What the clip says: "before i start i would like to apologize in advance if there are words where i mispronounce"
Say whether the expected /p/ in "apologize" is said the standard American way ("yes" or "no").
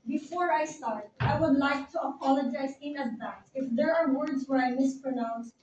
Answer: yes